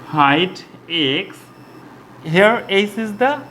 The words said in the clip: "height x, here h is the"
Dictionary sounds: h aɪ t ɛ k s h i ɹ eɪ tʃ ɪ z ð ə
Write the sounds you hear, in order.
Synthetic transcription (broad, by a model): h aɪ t ɛ k s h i ɹ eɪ s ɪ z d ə